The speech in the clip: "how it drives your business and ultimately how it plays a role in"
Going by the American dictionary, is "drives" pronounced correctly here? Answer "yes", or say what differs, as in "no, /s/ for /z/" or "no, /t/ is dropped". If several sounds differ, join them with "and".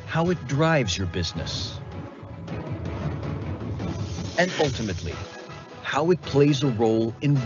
yes